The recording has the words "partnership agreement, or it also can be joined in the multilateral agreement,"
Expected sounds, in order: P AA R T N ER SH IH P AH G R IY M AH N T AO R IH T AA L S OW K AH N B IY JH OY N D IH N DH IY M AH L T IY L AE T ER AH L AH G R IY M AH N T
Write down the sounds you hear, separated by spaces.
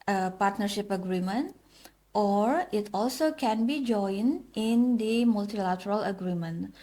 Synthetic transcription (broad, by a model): P AA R T N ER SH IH P AH G R IY M AH N T AO R IH T AA L S OW K AH N B IY JH OY N IH N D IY M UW L T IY L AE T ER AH L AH G R IY M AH N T